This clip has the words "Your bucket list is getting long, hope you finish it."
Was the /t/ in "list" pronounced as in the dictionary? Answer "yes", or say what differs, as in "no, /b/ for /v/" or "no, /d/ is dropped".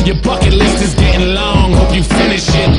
no, /t/ is dropped